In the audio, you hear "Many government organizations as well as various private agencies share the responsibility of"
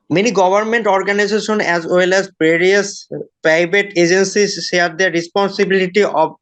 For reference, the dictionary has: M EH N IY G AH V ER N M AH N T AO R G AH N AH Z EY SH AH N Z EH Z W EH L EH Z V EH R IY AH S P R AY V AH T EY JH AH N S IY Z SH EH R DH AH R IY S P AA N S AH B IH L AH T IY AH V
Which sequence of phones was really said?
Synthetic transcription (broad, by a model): M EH N IY G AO B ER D M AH N T AO R G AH N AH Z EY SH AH N EH Z W EH L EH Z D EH R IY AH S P AY B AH T EY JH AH N S IY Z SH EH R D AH R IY S P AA N S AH B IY L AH T IY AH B